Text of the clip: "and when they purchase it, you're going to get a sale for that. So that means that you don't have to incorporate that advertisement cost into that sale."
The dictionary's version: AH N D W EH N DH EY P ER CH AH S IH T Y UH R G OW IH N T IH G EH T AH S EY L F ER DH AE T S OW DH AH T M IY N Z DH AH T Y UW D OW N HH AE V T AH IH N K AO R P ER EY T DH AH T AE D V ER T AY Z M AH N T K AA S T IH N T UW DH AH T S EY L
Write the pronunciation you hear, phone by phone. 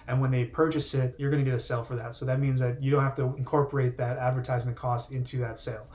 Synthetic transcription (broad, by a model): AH N W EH N DH EY P ER CH AH S IH T Y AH R G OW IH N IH G EH T AH S EY L F ER DH AE T S OW DH AH T M IY N Z DH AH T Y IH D OW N HH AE F T AH IH N K AO R P ER EY T DH AH T AE D V ER T AY Z M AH N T K AA S T IH N T UW DH AH T S EY L